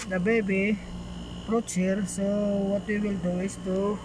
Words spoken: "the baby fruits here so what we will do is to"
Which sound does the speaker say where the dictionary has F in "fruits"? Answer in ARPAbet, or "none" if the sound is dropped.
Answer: P